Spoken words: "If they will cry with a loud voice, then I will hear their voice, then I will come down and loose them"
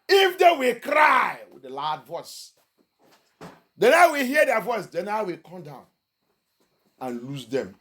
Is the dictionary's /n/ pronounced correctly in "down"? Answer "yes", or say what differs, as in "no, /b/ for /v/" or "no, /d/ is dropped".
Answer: yes